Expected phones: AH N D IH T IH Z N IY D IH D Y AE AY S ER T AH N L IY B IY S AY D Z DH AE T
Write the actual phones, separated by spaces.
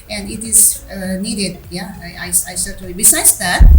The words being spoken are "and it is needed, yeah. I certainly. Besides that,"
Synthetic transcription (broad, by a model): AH N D IH T IH Z N IY D IH D Y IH AY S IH S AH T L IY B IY S AY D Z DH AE T